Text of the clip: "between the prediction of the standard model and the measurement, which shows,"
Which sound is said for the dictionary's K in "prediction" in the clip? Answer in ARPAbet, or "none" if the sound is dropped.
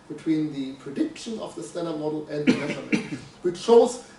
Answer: K